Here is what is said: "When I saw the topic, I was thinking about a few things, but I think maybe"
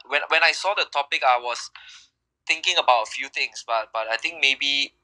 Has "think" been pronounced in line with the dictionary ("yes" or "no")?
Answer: no